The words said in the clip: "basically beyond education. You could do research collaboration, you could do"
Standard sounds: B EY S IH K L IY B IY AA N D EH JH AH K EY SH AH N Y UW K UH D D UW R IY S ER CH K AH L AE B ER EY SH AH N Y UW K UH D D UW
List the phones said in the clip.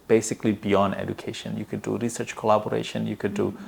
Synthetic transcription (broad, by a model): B EY S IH K L IY B IY AA N D EH JH AH K EY SH AH N Y UW K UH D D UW R IY S ER CH K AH L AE B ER EY SH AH N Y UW K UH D D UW